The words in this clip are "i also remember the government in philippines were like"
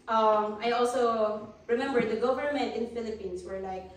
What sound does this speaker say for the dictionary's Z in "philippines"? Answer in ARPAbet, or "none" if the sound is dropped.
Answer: S